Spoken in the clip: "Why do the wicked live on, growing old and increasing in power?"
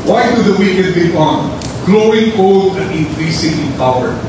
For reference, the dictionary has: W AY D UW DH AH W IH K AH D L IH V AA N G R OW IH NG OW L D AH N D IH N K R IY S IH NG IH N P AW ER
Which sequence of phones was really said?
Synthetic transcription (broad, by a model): W AY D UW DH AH W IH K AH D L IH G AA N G L OW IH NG OW L D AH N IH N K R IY S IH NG IH N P AW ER